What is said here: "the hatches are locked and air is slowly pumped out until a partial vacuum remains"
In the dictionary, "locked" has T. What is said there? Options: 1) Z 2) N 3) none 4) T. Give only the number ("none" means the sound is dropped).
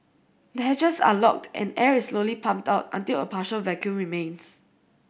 4